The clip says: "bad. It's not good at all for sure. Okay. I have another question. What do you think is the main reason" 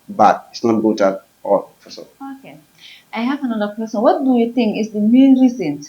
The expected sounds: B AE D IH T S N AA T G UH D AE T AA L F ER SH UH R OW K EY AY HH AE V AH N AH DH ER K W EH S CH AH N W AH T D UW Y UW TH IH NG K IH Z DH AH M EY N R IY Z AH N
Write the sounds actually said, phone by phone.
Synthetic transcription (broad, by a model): B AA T IH T S N AA T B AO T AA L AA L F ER S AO OW K EY AY HH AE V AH N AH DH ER K W EH S CH AH N W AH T D UW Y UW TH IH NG K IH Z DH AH M EY N R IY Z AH N